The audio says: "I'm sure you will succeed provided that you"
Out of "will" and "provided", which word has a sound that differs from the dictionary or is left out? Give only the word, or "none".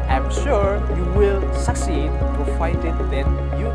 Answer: provided